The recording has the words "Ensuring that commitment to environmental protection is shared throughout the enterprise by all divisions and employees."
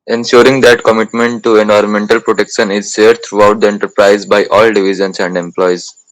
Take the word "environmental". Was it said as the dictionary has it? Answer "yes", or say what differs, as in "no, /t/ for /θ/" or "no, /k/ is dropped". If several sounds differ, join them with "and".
yes